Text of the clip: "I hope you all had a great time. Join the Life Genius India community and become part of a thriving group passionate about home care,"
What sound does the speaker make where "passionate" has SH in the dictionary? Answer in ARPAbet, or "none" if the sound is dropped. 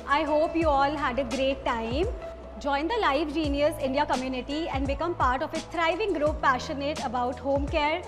SH